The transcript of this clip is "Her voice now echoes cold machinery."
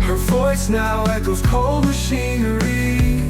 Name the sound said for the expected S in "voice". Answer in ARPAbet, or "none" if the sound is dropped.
S